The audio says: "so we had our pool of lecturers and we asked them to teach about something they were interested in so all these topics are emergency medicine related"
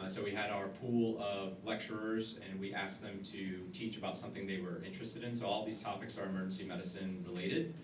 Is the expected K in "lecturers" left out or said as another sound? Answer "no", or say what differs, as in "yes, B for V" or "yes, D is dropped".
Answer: no